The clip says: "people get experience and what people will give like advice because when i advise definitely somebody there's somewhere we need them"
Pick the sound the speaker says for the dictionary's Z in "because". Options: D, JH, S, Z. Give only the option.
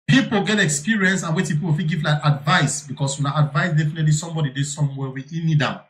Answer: S